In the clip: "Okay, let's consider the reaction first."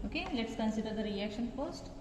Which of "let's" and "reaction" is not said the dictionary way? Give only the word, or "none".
none